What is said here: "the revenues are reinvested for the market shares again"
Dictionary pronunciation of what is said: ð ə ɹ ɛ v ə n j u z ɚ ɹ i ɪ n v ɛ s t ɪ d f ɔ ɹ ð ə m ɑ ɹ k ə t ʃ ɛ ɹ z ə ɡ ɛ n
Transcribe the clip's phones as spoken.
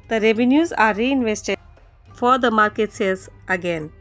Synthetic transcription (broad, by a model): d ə ɹ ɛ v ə n j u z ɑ ɹ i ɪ n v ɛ s t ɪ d f ɔ ɹ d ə m ɑ ɹ k ə t s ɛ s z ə ɡ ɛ n